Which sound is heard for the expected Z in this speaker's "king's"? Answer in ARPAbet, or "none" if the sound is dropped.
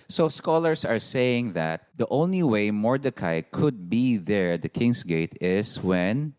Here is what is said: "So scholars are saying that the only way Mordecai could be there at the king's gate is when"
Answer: S